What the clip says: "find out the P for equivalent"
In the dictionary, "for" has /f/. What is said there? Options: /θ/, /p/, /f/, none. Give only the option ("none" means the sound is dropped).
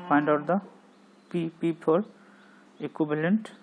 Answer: /p/